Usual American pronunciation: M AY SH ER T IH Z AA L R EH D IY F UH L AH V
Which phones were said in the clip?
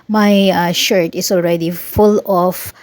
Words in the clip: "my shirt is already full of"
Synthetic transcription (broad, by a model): M AY SH ER T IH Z AA L R EH D IY F UH L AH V